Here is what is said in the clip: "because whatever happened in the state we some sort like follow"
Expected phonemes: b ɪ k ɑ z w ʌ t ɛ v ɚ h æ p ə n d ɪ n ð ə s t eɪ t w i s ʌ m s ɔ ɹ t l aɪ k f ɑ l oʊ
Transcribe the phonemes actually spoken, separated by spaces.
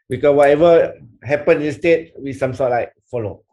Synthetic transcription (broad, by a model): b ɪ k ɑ w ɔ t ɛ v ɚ h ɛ p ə n ɪ n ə s t eɪ t w i s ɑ m s ɔ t l aɪ k f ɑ l oʊ